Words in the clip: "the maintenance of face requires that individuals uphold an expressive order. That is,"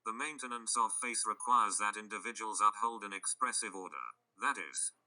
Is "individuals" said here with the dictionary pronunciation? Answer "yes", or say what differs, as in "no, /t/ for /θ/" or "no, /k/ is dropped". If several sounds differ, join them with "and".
yes